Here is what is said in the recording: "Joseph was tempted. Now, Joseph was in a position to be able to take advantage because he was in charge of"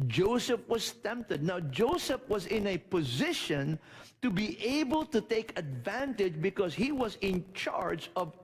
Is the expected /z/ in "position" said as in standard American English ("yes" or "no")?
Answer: yes